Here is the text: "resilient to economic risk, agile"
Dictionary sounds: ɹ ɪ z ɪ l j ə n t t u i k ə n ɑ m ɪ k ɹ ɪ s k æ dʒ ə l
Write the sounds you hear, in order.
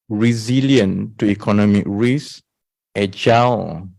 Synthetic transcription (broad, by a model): ɹ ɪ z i l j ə n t t u i k ə n ɑ m ɪ k ɹ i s ɛ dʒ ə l